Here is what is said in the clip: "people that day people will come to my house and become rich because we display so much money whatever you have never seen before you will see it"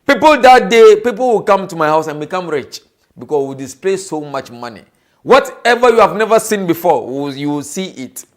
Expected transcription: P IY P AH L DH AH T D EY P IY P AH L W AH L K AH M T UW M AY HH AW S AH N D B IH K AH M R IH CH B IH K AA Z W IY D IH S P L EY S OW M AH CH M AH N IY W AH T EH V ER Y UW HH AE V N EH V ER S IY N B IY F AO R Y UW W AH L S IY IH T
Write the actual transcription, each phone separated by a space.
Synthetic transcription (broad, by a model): P IY P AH L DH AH T D EY P IY P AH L W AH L K AH M T UW M AY HH AW S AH N B IH K AH M R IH CH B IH K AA S W IY D IH S P L EY S OW M AH CH M AH N IY W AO T EH V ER Y UW HH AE V N EH V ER S IY N B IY F AO W Y UW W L S IY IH T